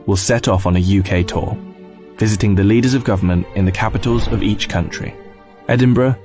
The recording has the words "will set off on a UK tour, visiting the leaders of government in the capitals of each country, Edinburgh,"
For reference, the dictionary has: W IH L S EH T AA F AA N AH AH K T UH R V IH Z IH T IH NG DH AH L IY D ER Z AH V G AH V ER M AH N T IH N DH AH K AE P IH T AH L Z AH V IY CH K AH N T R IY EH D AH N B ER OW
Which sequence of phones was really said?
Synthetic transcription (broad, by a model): W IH L S EH T AA F N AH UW K T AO V IH Z IH T IH NG DH AH L IY D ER Z AH V G AH V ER M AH N T IH N DH AH K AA P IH T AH L Z AH V IY CH K AH N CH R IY EH D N B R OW